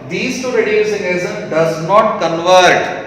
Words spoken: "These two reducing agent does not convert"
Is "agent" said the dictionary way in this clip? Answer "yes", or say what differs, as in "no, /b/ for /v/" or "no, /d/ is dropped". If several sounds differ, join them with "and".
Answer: no, /z/ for /dʒ/